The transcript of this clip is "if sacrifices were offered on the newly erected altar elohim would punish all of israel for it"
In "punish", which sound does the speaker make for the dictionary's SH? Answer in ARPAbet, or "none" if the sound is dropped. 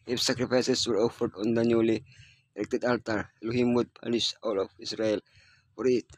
S